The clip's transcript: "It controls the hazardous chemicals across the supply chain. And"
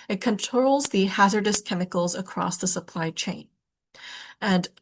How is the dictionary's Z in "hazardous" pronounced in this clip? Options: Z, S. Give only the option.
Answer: Z